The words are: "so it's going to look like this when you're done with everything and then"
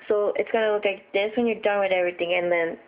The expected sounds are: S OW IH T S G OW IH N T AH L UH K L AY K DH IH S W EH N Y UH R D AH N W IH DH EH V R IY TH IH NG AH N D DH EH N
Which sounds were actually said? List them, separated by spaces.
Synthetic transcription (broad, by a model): S OW IH T S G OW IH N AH L UH K L AY K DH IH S W EH N Y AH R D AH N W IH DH EH V R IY T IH NG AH N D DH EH N